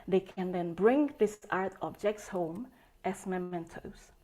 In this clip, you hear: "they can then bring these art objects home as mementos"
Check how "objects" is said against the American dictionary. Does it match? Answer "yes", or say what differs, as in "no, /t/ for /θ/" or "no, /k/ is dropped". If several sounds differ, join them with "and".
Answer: yes